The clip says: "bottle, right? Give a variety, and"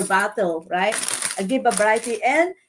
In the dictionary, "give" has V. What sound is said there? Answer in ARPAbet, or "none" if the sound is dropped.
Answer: B